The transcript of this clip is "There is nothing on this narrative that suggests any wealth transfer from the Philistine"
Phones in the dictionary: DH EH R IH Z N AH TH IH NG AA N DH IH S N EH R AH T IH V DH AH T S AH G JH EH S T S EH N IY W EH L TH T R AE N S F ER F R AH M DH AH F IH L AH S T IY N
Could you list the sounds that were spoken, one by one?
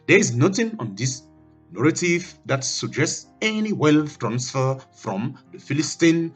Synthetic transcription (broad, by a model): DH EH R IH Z N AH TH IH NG AA N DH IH S N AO R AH T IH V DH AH T S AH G JH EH S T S EH N IY W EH L F T R AE N S F ER F R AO M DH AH F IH L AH S T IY N